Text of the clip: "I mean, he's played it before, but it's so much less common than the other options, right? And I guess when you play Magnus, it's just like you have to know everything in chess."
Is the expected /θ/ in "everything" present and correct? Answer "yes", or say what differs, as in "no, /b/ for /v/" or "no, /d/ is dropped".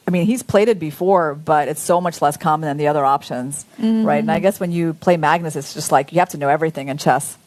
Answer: yes